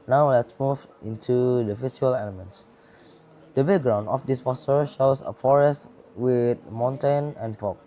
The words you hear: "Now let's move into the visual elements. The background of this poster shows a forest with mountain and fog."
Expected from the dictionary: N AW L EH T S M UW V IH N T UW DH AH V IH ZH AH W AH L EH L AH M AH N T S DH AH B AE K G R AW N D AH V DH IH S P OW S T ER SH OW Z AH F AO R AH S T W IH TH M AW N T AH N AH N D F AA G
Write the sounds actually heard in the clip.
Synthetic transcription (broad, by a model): N AW L EH T S M UW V IH N T UW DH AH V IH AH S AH L EH L AH M AH N T S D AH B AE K G R AW N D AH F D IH S F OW S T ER SH OW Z AH F AO R AH S T W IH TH M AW N T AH N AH N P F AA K